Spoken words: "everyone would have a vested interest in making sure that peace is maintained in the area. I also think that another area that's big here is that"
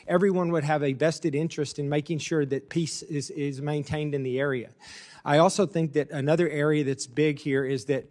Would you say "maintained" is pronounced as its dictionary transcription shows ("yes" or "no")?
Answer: yes